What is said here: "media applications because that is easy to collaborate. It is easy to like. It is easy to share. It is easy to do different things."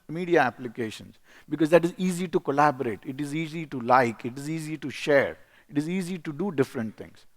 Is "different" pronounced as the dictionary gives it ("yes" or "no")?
yes